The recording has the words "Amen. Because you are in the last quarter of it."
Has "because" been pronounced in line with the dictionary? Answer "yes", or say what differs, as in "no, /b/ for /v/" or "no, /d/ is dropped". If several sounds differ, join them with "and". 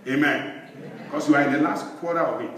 no, /s/ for /z/